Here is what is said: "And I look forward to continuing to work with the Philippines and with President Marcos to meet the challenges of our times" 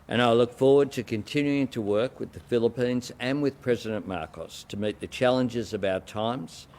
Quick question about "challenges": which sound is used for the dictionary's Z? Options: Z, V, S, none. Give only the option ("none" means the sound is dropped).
Z